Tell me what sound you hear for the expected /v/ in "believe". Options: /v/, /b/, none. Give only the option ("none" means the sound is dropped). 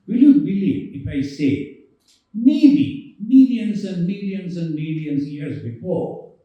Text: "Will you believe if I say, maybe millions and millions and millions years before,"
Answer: none